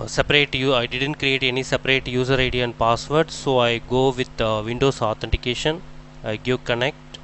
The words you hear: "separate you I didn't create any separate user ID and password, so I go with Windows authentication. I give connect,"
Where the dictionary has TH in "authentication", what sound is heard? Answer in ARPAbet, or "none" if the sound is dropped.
T